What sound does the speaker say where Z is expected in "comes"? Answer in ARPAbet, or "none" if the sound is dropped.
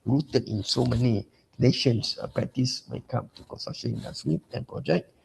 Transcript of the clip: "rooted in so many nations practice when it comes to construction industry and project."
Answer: none